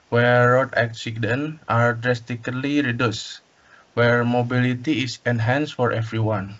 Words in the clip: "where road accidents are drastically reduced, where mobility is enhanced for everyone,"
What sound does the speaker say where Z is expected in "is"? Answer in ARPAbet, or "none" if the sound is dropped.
S